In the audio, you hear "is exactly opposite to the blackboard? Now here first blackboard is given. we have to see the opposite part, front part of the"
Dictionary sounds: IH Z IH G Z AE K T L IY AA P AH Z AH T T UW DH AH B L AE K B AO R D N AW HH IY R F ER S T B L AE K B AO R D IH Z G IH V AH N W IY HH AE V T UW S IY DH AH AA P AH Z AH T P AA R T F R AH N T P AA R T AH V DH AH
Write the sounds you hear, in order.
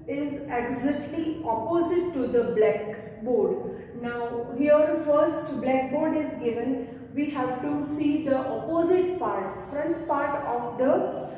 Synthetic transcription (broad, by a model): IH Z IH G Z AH T L IY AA P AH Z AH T T UW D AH B L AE K B AO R D N AW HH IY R F ER S T B L AE K B AO R D IH Z G IH V AH N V IY HH AE V T UW S IY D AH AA P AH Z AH T P AA R T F R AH N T P AA R T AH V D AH